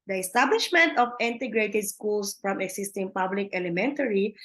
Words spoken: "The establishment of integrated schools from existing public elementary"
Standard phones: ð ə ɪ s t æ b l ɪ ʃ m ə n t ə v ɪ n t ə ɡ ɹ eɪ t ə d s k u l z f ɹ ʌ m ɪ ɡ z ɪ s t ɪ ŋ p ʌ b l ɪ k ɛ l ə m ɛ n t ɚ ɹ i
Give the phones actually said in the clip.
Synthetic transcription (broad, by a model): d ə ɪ s t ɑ b l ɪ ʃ m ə n t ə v ɪ n t ə ɡ ɹ eɪ t ə d s k u l s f ɹ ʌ m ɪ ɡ s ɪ s t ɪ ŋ p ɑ b l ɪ k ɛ l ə m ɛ n t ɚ ɹ i